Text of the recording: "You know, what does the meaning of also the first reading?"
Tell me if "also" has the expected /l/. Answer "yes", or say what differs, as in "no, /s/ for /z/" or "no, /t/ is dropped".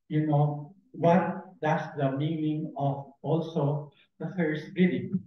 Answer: yes